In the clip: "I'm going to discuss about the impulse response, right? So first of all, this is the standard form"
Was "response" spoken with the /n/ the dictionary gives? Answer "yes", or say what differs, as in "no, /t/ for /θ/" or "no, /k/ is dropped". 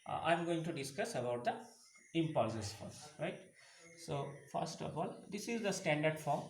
no, /n/ is dropped